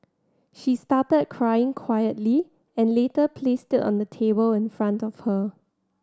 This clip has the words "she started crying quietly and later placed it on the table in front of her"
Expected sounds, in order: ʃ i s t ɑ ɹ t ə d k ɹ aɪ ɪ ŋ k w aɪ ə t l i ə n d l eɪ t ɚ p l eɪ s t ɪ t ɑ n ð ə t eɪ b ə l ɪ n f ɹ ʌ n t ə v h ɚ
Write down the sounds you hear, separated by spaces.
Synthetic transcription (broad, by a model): ʃ i s t ɑ t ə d k ɹ aɪ ɪ ŋ k w aɪ ə t l i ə n l eɪ t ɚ p l eɪ s t ɪ t ɑ n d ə t eɪ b ə l ɪ n f ɹ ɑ n t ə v h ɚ